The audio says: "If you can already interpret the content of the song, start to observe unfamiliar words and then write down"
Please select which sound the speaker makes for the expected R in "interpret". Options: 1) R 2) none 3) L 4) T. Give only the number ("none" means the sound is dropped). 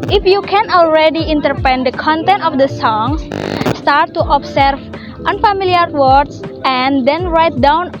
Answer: 2